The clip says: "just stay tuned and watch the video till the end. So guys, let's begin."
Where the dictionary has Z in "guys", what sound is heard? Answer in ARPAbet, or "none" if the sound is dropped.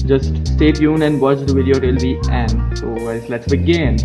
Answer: S